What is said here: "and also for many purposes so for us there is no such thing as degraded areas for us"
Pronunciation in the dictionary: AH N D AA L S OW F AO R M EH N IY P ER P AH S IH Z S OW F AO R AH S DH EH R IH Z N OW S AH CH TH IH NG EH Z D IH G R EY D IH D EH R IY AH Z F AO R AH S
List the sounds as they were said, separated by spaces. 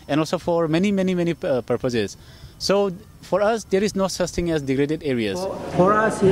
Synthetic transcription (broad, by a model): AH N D AA L S OW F AO R M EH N IY P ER P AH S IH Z S OW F AO R AH S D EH R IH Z N OW S AH CH T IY NG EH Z D IH G R EY D IH D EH R IY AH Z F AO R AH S